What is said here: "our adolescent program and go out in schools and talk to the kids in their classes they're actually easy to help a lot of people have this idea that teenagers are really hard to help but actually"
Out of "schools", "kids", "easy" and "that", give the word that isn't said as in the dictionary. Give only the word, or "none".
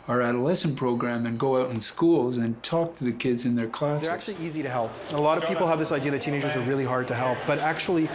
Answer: none